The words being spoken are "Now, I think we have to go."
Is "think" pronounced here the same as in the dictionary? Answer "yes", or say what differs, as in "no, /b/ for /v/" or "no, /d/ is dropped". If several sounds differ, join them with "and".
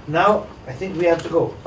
yes